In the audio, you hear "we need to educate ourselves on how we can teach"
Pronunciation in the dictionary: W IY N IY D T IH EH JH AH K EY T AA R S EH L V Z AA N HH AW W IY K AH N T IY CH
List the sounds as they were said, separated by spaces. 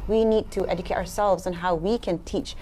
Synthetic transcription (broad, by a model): W IY N IY D T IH EH JH AH K EY T AA R S EH L V Z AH N HH AW W IY K AH N T IY CH